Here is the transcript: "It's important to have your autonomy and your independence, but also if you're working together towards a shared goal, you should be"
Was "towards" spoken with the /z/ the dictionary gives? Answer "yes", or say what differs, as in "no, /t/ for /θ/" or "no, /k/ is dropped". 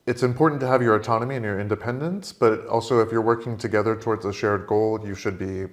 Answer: yes